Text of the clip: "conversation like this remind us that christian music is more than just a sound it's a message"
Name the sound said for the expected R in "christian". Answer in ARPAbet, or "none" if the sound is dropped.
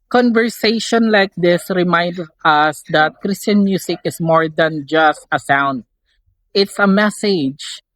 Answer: R